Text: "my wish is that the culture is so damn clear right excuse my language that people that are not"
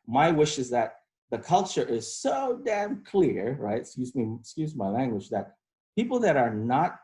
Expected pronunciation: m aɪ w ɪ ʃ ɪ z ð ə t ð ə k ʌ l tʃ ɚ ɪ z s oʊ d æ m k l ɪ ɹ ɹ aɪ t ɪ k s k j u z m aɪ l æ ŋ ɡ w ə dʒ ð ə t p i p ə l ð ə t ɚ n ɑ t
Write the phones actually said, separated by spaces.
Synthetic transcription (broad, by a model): m aɪ w ɪ ʃ ɪ z ð ə t ð ə k ʌ l tʃ ɚ ɪ z s oʊ d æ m k l ɪ ɹ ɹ aɪ t ɪ k s k j u z m aɪ l æ ŋ ɡ w ə dʒ ð ə t p i p l ð ə t ɚ n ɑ t